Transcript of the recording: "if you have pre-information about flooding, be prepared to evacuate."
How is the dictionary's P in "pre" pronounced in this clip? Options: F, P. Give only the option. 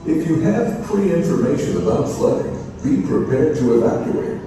F